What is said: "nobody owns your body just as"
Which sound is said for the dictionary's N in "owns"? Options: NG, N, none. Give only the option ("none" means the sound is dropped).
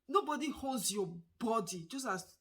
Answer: none